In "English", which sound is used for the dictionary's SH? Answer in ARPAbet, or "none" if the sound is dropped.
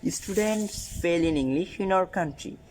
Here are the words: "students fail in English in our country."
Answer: none